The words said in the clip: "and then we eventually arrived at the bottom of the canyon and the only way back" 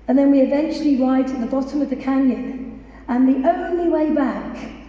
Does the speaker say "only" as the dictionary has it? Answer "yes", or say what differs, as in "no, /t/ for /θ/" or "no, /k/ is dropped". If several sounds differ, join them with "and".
yes